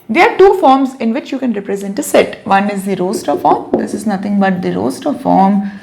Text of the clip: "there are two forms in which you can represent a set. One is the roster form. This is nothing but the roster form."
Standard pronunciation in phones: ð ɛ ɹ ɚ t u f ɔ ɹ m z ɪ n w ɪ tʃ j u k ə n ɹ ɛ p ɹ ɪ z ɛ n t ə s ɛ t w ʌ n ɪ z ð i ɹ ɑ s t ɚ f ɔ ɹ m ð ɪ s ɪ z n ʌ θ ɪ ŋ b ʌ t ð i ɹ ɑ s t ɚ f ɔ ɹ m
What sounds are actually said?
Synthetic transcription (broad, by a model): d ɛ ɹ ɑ t u f ɔ ɹ m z ɪ n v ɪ tʃ j u k ə n ɹ ɛ p ɹ ɪ z ɛ n t ə s ɛ t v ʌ n ɪ z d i ɹ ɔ s t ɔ f ɔ ɹ m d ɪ s ɪ z n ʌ t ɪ ŋ b ʌ t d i ɹ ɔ s t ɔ f ɔ ɹ m